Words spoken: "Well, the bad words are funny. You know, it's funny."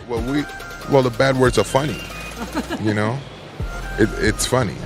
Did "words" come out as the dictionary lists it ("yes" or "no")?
yes